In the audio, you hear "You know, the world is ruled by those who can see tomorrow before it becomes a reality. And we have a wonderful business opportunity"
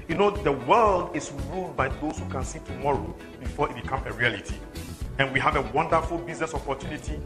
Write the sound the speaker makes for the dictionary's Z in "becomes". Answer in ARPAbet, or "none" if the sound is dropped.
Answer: none